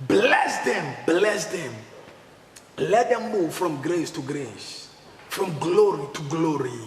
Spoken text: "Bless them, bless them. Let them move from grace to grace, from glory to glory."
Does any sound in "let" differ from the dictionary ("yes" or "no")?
no